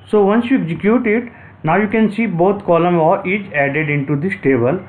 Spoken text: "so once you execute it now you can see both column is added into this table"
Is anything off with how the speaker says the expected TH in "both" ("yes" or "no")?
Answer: yes